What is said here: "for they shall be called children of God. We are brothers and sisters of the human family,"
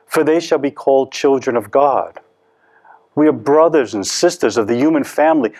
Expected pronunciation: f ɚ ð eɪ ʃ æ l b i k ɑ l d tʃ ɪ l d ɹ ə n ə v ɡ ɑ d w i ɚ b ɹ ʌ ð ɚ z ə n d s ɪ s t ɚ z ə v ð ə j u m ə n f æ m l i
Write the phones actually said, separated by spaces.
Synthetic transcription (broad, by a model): f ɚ ð eɪ ʃ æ l b i k ɑ l d tʃ ɪ l d ɹ ə n ə v ɡ ɑ d w i ɚ b ɹ ʌ ð ɚ z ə n s ɪ s t ɚ z ə v ð ə j u m ə n f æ m l i